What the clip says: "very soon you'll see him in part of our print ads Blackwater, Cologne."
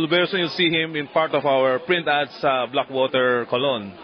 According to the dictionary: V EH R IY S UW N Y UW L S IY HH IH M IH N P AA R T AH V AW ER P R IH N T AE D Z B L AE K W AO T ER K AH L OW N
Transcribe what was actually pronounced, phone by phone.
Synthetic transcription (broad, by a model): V EH R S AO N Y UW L S IY HH IH M IH N P AA R T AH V AW ER P R IH N T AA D S B L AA K W AO T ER K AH L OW N